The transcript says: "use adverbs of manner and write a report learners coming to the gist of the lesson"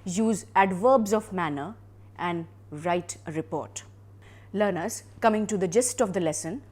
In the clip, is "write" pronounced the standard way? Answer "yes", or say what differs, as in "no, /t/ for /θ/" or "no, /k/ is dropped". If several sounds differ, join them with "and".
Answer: yes